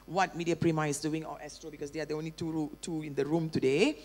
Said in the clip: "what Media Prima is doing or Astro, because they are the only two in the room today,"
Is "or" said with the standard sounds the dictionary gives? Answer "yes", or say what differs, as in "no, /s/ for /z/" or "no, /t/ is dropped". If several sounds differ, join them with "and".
no, /l/ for /ɹ/